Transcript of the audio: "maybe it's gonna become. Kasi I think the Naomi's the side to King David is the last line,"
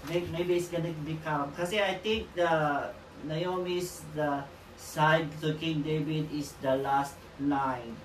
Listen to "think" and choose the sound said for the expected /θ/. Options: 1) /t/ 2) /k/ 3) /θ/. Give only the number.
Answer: 1